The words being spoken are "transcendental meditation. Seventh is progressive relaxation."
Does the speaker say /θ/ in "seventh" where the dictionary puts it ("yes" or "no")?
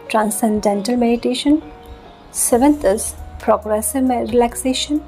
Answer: no